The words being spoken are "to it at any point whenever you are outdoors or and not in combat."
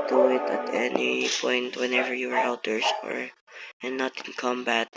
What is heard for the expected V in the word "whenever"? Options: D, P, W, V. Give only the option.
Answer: V